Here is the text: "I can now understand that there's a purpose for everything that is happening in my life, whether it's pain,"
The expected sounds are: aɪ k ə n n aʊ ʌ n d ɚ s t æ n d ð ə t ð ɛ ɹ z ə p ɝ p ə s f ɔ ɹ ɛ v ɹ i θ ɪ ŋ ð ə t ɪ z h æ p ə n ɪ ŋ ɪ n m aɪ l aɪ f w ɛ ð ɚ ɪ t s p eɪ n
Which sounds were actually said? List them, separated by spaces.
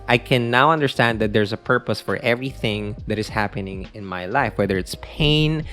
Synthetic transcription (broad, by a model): aɪ k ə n n aʊ ʌ n d ɚ s t æ n d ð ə t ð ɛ ɹ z ə p ɝ p ə s f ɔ ɹ ɛ v ɹ i θ ɪ ŋ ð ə t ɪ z h æ p ə n ɪ ŋ ɪ n m aɪ l aɪ f w ɛ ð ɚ ɪ t s p eɪ n